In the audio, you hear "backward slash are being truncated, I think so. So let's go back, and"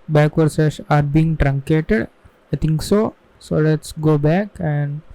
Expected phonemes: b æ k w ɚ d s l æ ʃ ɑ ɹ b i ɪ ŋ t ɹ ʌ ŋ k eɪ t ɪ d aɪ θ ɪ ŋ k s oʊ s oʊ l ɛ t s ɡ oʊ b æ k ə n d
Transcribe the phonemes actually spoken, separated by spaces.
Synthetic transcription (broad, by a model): b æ k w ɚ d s ɛ s ɑ ɹ b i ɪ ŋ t ɹ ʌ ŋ k eɪ t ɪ d aɪ t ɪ ŋ k s oʊ s oʊ l ɛ t s ɡ oʊ b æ k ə n d